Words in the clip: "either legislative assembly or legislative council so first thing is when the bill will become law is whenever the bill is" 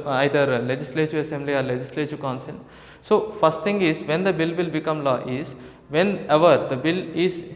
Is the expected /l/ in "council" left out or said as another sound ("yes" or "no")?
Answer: yes